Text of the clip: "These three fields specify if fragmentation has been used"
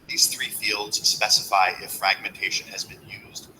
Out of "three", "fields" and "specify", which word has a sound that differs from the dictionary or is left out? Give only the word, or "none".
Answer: none